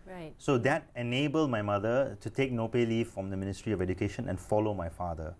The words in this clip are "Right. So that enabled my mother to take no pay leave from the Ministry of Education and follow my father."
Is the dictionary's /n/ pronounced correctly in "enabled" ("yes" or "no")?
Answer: yes